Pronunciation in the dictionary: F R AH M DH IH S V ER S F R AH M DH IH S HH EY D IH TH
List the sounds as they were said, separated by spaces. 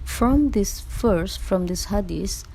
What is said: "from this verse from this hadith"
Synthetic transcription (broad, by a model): F R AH M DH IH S F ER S F R AH M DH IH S HH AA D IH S